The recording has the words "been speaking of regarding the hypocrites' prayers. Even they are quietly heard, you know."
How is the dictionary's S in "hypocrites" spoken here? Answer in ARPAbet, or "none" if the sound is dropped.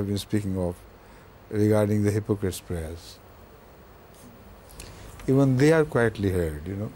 S